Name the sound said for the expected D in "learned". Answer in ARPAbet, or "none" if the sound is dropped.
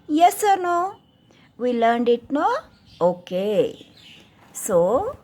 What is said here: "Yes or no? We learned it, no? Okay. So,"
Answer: D